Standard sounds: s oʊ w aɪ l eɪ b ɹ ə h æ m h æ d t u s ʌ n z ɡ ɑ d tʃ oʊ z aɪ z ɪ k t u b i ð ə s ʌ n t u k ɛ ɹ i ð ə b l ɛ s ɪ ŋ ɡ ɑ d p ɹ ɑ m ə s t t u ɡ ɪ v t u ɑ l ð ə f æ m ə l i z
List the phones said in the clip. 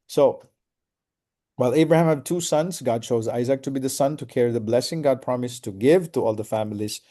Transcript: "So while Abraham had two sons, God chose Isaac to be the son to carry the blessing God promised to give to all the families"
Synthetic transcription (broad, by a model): s oʊ w aɪ l eɪ b ɹ ə h æ m h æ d t u s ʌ n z ɡ ɑ d tʃ oʊ z aɪ z ɪ k t u b i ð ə s ʌ n t u k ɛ ɹ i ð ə b l ɛ s ɪ ŋ ɡ ɑ d p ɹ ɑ m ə s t t u ɡ ɪ v t u ɑ l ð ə f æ m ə l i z